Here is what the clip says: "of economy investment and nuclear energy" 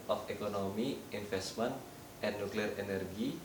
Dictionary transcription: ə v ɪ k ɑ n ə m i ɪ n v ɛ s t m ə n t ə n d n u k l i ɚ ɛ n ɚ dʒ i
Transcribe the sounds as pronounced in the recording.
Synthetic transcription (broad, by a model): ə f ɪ k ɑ n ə m i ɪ n f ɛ s t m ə n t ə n n u k l i ɚ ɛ n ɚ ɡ i